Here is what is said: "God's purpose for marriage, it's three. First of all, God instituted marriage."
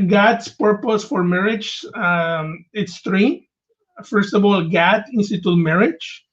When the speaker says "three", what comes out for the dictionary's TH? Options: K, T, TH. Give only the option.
T